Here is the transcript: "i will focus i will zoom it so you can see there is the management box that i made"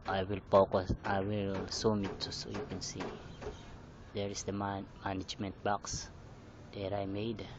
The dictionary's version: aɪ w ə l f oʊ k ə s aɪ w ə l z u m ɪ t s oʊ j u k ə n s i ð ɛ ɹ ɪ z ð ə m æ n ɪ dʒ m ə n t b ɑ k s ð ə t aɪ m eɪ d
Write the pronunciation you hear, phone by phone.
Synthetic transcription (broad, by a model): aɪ w ə l p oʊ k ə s aɪ w ə l s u m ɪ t s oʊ j u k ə n s i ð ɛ ɹ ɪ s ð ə m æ n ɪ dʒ m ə n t b ɑ k s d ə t aɪ m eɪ d